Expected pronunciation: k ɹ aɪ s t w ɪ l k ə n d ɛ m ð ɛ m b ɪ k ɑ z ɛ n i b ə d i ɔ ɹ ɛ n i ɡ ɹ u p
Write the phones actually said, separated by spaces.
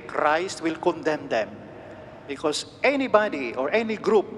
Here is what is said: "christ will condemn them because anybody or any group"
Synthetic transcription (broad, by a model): k ɹ aɪ s t w ɪ l k ə n d ɛ m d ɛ m b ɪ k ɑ s ɛ n i b ə d i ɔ ɹ ɛ n i ɡ ɹ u p